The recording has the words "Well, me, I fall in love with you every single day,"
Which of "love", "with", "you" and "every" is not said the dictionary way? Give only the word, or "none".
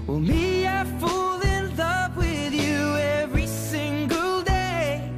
love